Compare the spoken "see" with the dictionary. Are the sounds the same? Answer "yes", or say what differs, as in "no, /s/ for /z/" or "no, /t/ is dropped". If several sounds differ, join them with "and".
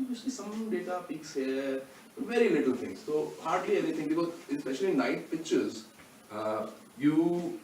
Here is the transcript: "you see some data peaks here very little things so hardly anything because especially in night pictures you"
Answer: no, /ʃ/ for /s/